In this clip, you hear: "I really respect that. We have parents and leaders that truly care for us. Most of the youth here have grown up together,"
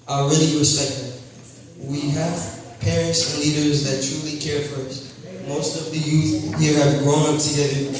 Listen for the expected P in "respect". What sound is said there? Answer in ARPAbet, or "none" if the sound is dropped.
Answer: none